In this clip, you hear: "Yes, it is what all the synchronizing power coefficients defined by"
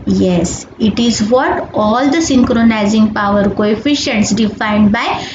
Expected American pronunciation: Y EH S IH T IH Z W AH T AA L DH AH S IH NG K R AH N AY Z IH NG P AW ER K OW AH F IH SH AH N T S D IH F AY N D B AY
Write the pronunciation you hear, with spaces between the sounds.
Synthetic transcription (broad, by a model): Y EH S IH T IH Z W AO T AA L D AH S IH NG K R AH N AY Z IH NG P AW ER K OW AH F IH SH AH N T S D IH F AY N D B AY